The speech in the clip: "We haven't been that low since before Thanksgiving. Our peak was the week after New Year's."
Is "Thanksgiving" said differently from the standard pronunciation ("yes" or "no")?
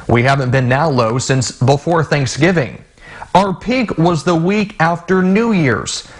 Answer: no